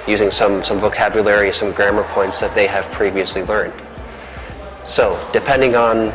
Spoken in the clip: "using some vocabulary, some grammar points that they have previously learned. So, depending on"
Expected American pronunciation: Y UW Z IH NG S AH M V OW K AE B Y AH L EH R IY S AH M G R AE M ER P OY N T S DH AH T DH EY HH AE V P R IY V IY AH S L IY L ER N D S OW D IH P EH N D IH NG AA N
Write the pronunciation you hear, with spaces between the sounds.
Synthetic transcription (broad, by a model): Y UW Z IH NG S AH M V OW K AE B Y AH L EH R IY S AH M G R AE M ER P OY N T S DH AH T DH EY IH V P R IY V IY AH S L IY L ER N D S OW D IH P EH N D IH NG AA N